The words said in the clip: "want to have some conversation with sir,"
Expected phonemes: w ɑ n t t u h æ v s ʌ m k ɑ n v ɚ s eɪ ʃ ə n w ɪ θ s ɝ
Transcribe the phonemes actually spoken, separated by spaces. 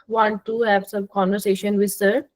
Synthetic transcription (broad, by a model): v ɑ n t t u h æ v s ʌ m k ɑ n v ɚ s eɪ ʃ ə n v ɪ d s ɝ